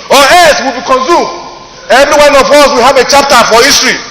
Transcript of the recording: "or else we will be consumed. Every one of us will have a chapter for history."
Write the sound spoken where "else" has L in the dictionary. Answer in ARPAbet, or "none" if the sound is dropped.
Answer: none